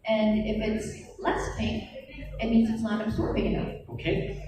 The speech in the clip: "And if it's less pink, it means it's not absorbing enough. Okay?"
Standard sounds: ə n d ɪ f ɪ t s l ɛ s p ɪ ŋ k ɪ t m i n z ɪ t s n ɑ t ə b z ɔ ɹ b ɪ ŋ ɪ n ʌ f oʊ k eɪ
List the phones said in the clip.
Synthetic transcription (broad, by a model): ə n ɪ f ɪ t s l ɛ s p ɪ k ɪ t m i n z ɪ t s n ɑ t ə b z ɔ ɹ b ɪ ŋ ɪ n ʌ oʊ k eɪ